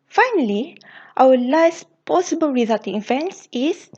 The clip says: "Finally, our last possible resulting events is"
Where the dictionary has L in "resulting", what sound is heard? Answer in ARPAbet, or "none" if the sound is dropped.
none